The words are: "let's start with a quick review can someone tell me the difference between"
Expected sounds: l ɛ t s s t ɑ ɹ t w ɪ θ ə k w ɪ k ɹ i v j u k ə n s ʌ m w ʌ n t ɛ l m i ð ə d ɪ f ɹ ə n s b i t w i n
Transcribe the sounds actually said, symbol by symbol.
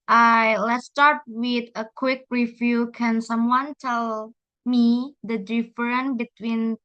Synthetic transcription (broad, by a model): l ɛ t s s t ɑ ɹ t w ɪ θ ə k w ɪ k ɹ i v j u k ə n s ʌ m w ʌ n t ɛ l m i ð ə d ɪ f ɹ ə n b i t w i n